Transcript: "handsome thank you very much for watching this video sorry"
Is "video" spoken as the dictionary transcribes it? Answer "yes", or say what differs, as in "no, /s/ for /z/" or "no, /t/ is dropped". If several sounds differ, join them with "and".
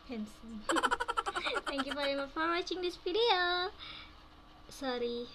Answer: no, /p/ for /v/